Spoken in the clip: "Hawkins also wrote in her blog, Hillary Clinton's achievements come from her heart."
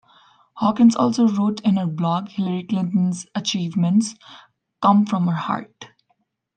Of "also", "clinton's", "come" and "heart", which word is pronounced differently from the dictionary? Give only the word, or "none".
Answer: none